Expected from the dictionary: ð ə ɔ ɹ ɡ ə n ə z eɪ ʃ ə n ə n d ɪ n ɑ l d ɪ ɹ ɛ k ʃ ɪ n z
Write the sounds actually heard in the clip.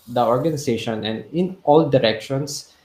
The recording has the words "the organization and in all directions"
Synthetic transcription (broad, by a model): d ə ɔ ɹ ɡ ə n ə s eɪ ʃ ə n ə n d ɪ n ɑ l d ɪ ɹ ɛ k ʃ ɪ n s